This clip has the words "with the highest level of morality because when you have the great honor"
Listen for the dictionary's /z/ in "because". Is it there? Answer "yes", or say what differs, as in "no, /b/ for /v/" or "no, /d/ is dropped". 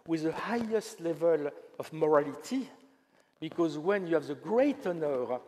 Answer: yes